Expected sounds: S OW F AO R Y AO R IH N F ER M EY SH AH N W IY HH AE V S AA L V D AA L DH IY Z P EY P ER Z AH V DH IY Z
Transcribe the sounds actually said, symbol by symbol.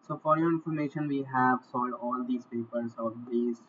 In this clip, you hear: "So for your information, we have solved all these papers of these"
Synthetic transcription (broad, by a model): S OW F AO R Y AO R IH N F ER M EY SH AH N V IY HH AE V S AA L D AA L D IY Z P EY P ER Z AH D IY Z